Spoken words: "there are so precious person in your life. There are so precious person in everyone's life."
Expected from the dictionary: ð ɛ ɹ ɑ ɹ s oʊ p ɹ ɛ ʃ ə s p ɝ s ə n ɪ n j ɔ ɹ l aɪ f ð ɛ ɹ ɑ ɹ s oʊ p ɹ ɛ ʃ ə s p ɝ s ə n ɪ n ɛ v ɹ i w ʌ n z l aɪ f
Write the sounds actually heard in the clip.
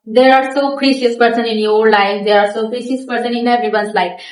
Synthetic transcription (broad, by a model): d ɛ ɹ ɑ ɹ s oʊ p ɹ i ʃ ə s p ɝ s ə n ɪ n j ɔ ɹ l aɪ f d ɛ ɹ ɑ ɹ s oʊ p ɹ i s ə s p ɝ s ə n ɪ n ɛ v i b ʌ n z l aɪ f